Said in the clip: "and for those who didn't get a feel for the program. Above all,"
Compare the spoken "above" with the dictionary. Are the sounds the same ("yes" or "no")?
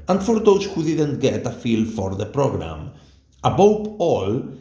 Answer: no